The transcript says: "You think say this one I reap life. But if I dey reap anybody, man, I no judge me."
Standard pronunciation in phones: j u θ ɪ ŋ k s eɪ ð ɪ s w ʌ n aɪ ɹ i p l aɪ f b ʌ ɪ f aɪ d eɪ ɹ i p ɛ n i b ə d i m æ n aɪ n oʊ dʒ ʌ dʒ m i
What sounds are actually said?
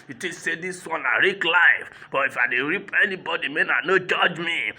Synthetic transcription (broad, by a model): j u t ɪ s eɪ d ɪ s w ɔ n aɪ ɹ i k l aɪ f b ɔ ɪ f aɪ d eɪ ɹ i p ɛ n i b ə d i m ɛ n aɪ n oʊ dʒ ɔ dʒ m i